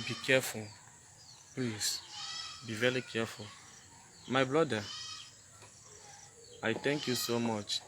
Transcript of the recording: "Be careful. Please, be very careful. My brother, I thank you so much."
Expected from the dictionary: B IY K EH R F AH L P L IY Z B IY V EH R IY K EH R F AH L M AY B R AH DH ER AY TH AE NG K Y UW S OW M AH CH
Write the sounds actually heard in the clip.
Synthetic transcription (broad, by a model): B IY K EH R F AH L P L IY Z B IY V EH R IY K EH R F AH L M AY B L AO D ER AY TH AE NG K Y UW S OW M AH CH